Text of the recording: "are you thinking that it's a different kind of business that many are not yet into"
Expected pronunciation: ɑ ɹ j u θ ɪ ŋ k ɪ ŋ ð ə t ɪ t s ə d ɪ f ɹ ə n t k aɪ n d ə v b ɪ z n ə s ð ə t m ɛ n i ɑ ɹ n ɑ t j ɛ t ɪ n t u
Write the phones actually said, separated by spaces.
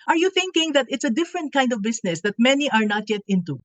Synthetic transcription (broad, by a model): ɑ ɹ j u θ ɪ ŋ k ɪ ŋ ð ə t ɪ t s ə d ɪ f ɹ ə n t k aɪ n d ə v b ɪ s n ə s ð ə t m ɛ n i ɑ ɹ n ɑ t j ɛ t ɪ n t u